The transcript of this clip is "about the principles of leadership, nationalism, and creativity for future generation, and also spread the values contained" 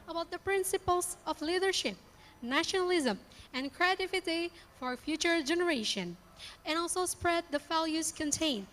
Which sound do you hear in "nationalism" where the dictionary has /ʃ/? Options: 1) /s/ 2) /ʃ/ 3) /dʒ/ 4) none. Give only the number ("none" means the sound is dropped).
2